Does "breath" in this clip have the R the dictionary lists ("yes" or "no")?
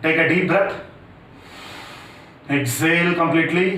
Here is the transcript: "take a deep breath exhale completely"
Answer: no